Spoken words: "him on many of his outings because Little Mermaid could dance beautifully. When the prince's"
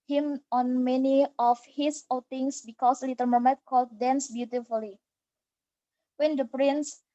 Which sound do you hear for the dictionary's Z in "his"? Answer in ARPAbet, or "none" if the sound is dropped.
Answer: S